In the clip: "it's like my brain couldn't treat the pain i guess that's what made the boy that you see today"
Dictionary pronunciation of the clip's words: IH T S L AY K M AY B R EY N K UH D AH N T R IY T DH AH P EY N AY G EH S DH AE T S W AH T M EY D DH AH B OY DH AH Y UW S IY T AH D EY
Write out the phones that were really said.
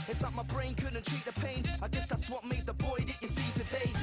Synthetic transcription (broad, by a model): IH T S N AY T M AY B R EY N K UH D N T R IY T DH AH P EY N AY G EH S DH AE T S W AH T M EY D DH AH B OY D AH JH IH S IY T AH D EY